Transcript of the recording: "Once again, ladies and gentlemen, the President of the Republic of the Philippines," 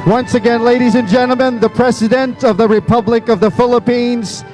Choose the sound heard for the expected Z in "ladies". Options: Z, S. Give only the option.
Z